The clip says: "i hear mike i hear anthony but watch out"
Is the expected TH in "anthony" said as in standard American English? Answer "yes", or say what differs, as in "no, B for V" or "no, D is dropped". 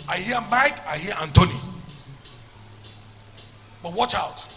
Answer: no, T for TH